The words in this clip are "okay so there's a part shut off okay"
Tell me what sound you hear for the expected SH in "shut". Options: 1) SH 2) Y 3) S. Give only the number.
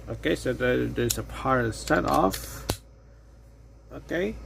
3